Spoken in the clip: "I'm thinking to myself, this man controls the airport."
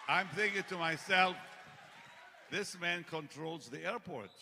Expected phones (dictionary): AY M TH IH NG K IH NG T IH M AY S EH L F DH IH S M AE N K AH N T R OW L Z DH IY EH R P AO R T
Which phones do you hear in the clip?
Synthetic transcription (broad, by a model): AY M TH IH NG K IH NG T IH M AY S EH L F DH IH S M AE N K AH N T R OW L Z DH IY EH R P AO R T